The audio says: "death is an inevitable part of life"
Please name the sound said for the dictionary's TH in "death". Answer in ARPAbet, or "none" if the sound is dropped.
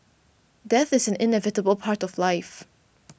TH